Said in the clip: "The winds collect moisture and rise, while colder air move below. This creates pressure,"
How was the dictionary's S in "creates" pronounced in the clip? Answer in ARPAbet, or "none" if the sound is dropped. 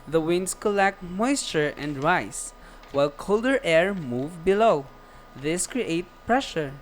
none